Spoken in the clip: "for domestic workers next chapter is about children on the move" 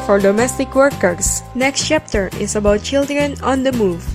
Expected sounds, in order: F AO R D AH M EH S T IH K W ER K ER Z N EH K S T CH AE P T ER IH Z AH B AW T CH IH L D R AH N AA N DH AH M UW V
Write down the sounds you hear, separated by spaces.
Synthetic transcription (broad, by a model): F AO R D AH M EH S T IH K W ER K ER S N EH K S T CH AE P T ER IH S AH B AW T CH IH L D R AH N AA N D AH M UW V